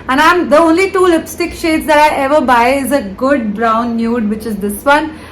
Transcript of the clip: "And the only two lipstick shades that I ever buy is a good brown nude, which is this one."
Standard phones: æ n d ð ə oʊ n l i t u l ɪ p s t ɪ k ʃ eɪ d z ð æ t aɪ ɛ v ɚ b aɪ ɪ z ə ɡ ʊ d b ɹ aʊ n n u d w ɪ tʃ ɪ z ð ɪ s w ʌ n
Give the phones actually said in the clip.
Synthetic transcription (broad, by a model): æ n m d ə oʊ n l i t u l ɪ p s t ɪ k ʃ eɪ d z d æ t aɪ ɛ v ɚ b aɪ ɪ z ə ɡ ʊ d b ɹ aʊ n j u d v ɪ tʃ ɪ z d ɪ s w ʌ n